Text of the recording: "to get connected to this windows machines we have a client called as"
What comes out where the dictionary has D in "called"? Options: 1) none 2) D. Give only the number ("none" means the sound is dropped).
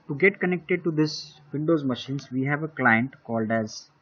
2